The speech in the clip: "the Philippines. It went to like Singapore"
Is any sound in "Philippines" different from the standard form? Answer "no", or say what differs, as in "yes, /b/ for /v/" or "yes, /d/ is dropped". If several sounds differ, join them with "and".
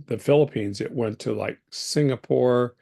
no